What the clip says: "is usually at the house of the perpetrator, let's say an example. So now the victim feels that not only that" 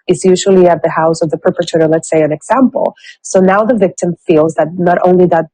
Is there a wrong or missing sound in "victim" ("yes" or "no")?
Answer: no